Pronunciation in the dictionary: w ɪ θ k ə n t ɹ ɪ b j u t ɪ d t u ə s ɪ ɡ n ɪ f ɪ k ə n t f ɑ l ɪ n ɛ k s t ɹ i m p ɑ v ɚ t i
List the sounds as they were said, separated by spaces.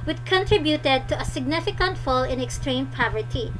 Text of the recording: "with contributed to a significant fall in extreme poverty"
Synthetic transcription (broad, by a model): w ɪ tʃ k ə n t ɹ ɪ b j u t ɪ d t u ə s ɪ ɡ n ɪ f ɪ k ə n t f ɑ l ɪ n ɛ k s t ɹ i m p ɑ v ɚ t i